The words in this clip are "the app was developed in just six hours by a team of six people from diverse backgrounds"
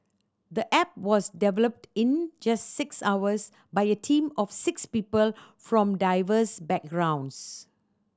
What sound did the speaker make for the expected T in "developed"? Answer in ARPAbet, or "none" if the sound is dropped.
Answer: T